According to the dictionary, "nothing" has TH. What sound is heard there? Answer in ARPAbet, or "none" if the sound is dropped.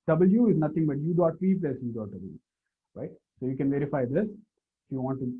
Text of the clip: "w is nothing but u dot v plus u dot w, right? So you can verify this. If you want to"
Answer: T